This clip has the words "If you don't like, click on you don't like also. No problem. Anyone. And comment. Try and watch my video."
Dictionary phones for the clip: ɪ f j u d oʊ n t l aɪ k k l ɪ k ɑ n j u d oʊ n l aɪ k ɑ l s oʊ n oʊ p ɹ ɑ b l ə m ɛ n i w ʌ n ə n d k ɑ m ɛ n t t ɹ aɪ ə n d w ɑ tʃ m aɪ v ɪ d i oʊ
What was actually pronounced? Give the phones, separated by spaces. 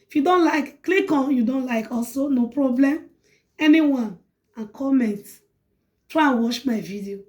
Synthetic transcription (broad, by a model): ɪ f j u d oʊ n t l aɪ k k l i k ɑ n j u d oʊ n l aɪ k ɑ l s oʊ n oʊ p ɹ ɑ b l ə m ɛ n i w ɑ n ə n k ɑ m ɛ n t t ɹ aɪ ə n w ɑ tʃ m aɪ v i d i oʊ